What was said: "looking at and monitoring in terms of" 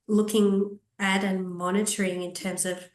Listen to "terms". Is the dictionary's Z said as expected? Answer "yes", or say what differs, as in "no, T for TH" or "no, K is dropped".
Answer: yes